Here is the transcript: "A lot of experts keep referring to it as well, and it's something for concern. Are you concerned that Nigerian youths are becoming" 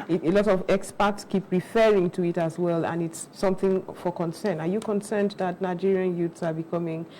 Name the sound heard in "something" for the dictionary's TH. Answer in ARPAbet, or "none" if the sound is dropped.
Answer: TH